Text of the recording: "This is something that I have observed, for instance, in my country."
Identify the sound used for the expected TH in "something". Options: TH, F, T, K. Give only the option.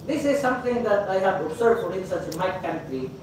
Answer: T